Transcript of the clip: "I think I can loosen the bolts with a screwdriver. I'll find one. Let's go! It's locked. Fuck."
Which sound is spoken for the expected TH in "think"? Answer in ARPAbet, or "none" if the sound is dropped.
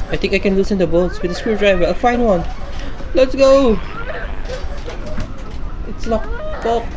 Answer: T